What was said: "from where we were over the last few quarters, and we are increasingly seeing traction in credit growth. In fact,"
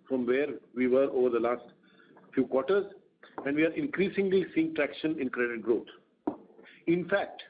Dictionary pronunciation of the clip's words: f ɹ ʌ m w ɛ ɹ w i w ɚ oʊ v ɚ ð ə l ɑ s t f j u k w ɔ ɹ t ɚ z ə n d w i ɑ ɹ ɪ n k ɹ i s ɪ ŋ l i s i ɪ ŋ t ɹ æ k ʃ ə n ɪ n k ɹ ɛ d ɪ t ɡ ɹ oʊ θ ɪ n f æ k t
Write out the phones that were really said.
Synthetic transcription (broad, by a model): f ɹ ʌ m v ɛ ɹ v i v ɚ oʊ v ɚ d ə l ɑ s t f j u k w ɔ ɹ t ɚ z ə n d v i ɑ ɹ ɪ n k ɹ i s ɪ ŋ l i s i ɪ ŋ t ɹ æ k ʃ ə n ɪ n k ɹ ɛ d ɪ t ɡ ɹ oʊ t ɪ n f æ k t